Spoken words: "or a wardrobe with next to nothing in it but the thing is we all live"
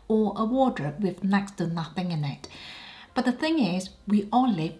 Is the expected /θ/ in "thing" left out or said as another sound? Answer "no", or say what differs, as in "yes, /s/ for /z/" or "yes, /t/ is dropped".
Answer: no